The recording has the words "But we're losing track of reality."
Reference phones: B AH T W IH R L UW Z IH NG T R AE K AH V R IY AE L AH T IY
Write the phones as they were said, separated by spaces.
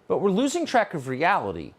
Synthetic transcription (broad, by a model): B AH T W IH R L UW Z IH NG T R AE K AH V R IY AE L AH T IY